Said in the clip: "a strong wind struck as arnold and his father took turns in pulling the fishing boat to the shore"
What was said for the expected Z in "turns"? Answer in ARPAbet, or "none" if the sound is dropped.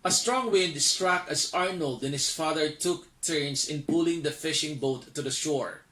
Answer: S